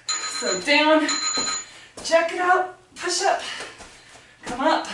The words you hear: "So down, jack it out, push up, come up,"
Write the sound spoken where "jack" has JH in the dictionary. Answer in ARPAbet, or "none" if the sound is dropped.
CH